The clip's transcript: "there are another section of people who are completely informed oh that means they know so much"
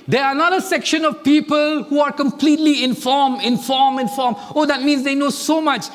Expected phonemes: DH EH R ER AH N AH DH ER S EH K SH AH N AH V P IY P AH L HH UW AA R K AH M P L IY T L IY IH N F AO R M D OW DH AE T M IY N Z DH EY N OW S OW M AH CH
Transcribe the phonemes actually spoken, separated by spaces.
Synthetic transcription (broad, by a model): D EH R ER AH N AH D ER S EH K SH AH N AH V P IY P AH L HH UW AA R K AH M P L IY T L IY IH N F AO R M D OW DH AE T M IY N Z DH EY N OW S OW M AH CH